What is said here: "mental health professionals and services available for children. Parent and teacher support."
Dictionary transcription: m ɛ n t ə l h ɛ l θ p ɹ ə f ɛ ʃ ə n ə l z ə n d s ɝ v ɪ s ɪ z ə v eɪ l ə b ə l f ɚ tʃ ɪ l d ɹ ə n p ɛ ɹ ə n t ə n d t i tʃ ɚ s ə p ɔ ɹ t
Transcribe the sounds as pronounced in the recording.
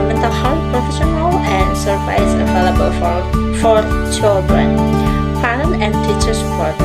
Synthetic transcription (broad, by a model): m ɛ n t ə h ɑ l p ɹ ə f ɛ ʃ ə n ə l ə n d s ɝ p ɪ ɪ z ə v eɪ l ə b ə l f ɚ tʃ ɪ l d ɹ ə n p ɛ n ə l ə n d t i tʃ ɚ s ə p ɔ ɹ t